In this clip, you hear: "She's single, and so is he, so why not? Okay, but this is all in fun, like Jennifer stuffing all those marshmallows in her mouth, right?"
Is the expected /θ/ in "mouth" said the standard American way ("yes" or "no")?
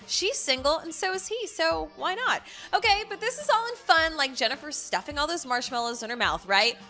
yes